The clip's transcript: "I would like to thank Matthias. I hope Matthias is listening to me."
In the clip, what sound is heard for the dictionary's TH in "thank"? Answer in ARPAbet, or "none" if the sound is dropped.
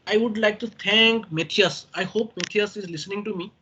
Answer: T